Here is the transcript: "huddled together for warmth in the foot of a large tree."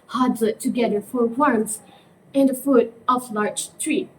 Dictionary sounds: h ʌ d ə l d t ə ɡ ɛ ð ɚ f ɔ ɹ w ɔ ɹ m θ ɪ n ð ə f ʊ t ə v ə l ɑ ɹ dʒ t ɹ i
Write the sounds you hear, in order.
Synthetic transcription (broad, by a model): h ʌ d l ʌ t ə ɡ ɛ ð ɚ f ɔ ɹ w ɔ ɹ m s ɪ n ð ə f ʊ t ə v l ɑ ɹ dʒ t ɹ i